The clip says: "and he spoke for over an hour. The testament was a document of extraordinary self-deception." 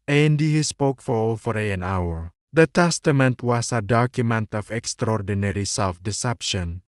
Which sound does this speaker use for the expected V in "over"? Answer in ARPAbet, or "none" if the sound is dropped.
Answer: F